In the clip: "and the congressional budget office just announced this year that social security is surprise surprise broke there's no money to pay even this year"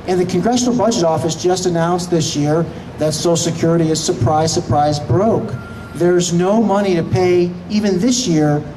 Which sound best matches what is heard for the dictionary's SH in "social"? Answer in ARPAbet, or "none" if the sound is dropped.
none